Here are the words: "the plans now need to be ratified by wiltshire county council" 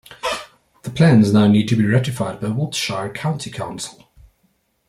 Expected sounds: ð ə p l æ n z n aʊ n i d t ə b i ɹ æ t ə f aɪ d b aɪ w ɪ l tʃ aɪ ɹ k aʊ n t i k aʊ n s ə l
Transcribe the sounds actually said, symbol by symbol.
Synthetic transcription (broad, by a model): ð ə p l æ n z n aʊ n i d t ə b i ɹ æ t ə f aɪ d b aɪ w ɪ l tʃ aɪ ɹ k aʊ n t i k aʊ n s ə l